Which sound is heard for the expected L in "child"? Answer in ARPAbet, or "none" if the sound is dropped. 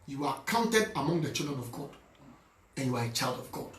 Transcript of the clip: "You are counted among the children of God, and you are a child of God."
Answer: L